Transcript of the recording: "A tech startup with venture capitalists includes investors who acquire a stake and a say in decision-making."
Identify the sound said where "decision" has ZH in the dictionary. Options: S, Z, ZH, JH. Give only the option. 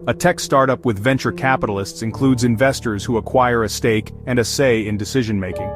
ZH